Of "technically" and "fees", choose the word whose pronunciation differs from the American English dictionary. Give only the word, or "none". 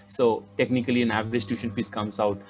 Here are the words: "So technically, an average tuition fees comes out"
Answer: fees